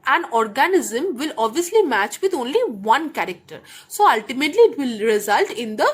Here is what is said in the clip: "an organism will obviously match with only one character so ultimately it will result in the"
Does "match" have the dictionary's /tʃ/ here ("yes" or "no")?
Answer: yes